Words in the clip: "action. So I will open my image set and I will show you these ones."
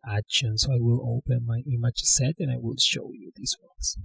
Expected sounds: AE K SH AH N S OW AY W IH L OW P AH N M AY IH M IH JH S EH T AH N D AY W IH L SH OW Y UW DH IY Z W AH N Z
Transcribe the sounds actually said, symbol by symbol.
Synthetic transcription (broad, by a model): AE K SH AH N S OW AY W IH L OW P AH N M AY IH M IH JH S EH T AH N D AY W IH L SH OW Y UW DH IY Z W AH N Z